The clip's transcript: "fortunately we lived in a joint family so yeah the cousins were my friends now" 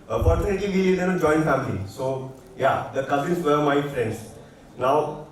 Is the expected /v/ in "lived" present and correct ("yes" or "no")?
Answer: no